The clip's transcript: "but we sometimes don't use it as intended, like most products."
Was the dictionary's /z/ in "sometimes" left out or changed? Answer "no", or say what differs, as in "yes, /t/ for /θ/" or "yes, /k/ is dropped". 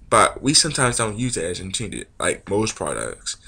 no